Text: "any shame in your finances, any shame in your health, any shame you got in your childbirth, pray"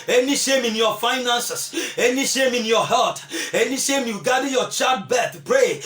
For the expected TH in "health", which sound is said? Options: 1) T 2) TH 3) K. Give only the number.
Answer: 1